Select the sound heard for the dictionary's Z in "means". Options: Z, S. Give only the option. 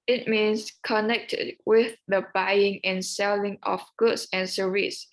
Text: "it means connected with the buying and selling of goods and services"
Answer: S